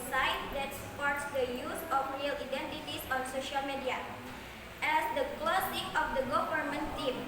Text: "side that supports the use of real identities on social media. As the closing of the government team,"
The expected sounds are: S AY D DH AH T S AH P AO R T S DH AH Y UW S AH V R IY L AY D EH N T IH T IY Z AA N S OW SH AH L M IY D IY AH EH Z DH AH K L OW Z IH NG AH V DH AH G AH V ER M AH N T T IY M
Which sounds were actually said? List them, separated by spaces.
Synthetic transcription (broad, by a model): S AY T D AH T S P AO R T S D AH Y UW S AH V R IY L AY D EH N T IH T IY S AA N S OW SH AH L M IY D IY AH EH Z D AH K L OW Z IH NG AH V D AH G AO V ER M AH N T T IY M